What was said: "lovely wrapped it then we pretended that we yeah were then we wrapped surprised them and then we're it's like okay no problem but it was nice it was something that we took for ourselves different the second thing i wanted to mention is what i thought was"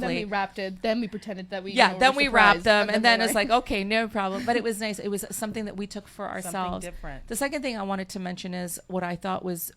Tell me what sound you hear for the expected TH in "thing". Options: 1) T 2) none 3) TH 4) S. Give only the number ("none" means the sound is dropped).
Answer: 3